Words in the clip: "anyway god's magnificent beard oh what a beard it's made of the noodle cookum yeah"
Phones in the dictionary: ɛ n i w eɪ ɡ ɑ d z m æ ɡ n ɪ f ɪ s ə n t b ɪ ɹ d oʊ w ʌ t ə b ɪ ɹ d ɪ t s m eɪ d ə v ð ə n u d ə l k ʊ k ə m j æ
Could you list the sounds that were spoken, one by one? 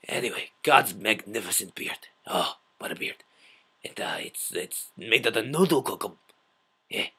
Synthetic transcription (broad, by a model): ɛ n i w eɪ ɡ ɑ d z m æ ɡ n ɪ f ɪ s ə n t b ɪ ɹ d oʊ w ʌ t ə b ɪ ɹ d ɪ t s m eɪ ə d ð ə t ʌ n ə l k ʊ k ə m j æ